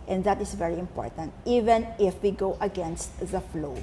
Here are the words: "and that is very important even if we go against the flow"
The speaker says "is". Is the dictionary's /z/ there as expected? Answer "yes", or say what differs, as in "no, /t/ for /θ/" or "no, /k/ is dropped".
no, /s/ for /z/